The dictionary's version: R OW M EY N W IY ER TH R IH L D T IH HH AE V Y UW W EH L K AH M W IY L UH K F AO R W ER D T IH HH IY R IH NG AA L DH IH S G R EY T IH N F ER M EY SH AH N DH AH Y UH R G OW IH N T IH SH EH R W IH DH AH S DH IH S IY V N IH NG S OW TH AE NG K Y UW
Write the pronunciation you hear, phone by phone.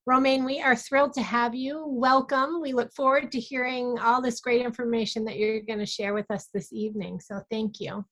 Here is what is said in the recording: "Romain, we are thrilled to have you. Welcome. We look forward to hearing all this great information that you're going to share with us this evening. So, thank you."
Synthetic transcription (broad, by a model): R OW M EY N W IY ER TH R IH L D T IH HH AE V Y UW W EH L K AH M W IY L UH K F AO R W ER D T IH HH IY R IH NG AA L DH IH S G R EY T IH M F ER M EY SH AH N DH AH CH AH R G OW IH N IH SH EH R W IH DH AH S DH IH S IY V N IH NG S OW TH AE NG K Y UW